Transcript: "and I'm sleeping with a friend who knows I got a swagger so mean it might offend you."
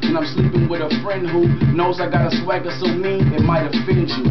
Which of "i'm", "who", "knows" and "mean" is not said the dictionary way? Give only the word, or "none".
mean